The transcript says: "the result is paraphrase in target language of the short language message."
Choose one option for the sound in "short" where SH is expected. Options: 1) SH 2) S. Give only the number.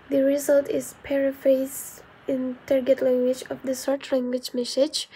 2